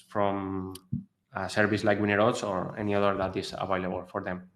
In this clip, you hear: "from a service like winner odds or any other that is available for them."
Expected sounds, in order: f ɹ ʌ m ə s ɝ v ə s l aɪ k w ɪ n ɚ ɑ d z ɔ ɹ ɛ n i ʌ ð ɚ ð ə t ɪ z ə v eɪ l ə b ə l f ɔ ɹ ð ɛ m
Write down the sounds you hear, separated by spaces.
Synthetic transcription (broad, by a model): f ɹ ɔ m ə s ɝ b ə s l aɪ k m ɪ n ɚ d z ɔ ɹ ɛ n i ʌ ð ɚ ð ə t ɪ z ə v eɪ l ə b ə l f ɔ ɹ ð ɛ m